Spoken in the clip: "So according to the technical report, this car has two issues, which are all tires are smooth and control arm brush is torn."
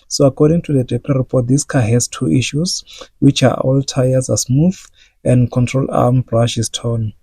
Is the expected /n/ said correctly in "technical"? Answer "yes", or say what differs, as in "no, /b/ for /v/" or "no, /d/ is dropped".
no, /l/ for /n/